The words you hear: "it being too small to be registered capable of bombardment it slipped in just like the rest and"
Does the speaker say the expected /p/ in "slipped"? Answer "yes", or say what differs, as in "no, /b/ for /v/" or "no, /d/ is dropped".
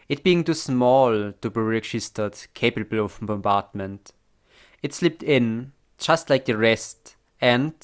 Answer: yes